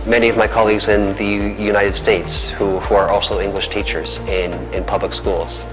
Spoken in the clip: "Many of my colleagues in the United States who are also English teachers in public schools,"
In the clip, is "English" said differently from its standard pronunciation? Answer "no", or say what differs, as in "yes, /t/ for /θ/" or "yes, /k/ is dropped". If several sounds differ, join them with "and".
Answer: no